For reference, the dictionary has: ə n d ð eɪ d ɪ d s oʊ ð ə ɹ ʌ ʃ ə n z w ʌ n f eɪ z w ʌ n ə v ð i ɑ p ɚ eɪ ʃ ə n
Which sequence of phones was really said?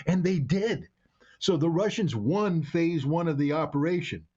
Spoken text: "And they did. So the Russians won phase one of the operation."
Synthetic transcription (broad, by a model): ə n ð eɪ d ɪ d s oʊ ð ə ɹ ʌ ʃ ə n z w ʌ n f eɪ z w ʌ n ə v ð i ɑ p ɚ eɪ ʃ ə n